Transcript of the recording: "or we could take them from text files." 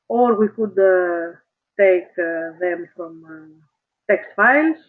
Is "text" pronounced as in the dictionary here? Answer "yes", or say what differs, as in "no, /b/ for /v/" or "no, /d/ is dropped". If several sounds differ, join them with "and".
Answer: yes